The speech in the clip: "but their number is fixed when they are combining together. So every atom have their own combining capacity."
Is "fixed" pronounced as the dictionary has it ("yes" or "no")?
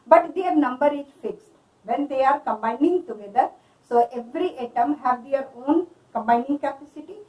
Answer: yes